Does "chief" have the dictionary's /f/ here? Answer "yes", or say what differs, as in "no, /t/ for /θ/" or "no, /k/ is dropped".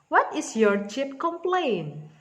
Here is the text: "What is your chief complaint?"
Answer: no, /p/ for /f/